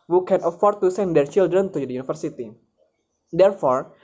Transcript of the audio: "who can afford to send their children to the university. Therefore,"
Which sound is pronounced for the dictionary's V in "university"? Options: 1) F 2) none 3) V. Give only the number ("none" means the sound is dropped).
1